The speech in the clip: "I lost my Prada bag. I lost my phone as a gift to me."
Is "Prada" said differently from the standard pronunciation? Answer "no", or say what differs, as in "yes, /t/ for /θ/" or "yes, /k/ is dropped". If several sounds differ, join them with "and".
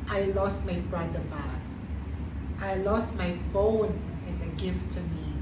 yes, /b/ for /p/